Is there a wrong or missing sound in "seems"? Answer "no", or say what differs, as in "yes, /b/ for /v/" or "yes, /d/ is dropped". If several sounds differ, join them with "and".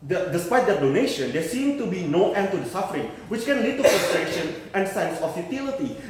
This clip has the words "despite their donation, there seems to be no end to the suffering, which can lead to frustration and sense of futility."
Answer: yes, /z/ is dropped